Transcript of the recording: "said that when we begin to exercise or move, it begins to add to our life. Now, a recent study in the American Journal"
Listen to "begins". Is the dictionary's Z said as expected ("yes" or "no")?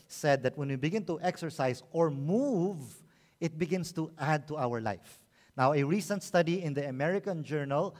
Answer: no